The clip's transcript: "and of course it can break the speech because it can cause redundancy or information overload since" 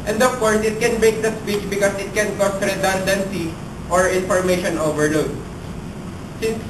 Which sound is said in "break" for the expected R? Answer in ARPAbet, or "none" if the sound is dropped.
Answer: none